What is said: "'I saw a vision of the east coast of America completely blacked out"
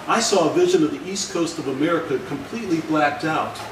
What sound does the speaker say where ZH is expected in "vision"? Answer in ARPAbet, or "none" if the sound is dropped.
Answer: ZH